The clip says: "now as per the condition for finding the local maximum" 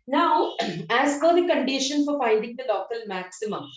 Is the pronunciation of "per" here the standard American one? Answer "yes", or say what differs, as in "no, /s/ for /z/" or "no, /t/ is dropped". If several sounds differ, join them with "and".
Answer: no, /f/ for /p/